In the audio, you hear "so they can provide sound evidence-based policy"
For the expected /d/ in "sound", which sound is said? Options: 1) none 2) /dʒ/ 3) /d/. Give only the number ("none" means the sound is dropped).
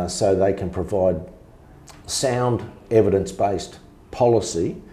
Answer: 3